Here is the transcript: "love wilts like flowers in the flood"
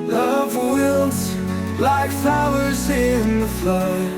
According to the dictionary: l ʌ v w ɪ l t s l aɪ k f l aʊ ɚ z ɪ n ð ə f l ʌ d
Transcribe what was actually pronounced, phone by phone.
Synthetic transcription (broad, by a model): l ʌ v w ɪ l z l aɪ k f aʊ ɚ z ɪ n ð ə f l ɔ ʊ